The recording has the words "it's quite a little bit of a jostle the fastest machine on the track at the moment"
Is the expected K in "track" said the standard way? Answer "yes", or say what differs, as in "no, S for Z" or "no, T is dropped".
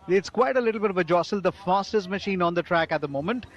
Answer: yes